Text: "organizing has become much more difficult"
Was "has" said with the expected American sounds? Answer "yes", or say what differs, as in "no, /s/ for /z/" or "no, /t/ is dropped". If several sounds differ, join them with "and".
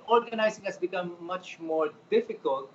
no, /s/ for /z/